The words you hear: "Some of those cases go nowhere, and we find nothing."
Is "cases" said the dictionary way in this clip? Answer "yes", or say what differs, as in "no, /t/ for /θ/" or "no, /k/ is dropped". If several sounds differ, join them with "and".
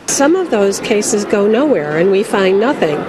yes